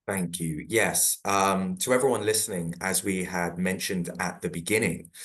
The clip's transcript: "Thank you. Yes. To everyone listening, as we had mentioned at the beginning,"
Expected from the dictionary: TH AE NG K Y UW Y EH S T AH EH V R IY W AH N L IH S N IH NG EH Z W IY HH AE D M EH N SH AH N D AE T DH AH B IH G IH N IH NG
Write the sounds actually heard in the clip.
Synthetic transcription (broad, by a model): TH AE NG K Y UW Y EH S T AH EH V R IY W AH N L IH S N IH NG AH Z W IY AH D M EH N SH AH N D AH T DH AH B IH G IH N IH NG